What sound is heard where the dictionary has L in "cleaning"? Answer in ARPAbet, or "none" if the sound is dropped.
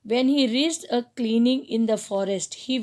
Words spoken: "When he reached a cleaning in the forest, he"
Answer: L